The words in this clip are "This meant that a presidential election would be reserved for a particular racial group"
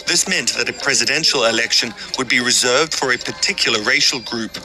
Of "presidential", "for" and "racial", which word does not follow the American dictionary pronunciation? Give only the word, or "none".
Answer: none